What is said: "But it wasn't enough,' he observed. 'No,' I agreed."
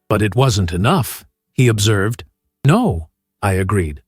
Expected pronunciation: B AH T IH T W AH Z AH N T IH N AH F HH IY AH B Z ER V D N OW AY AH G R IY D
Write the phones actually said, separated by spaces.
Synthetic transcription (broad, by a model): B AH T IH T W AH Z AH N T IH N AH F HH IY AH B Z ER V D N OW AY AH G R IY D